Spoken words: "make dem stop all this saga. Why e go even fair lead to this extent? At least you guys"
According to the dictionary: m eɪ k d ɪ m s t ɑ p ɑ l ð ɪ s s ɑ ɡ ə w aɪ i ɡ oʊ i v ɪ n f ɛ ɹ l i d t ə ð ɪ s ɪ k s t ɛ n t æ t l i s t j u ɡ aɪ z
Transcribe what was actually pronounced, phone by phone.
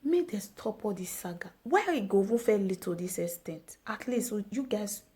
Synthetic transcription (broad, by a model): m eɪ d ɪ s t ɑ p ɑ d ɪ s s ɑ ɡ ə w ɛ i ɡ oʊ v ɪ f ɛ l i t ə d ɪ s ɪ s t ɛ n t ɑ t l i s t j u ɡ aɪ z